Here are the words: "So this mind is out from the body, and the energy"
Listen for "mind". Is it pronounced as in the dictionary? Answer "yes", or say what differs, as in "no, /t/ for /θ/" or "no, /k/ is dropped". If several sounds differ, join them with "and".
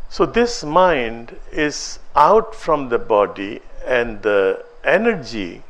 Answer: yes